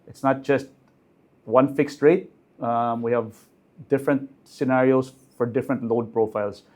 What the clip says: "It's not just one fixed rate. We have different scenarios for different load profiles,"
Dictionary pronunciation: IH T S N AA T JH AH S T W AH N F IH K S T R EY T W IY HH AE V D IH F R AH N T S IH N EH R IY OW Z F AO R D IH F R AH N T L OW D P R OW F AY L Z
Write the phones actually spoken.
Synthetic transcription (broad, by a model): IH T S N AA T JH AH S T W AH N F IH K S T R EY T W IY HH AE V D IH F R AH N T S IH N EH R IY OW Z F AO R D IH F R AH N T L OW D P R OW F AY L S